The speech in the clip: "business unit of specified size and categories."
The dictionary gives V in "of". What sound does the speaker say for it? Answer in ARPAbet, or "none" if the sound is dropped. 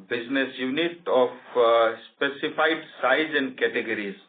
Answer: P